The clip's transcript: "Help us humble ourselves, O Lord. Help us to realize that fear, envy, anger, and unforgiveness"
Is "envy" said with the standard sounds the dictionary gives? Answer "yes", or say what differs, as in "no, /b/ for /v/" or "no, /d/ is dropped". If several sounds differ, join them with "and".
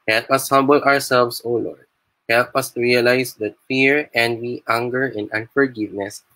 no, /w/ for /v/